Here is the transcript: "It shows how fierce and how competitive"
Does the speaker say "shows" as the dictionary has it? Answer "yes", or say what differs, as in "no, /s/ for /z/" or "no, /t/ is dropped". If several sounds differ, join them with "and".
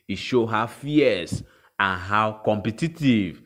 no, /z/ is dropped